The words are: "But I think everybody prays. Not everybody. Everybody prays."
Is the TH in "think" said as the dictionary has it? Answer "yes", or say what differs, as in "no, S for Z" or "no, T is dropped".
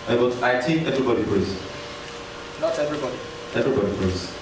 no, T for TH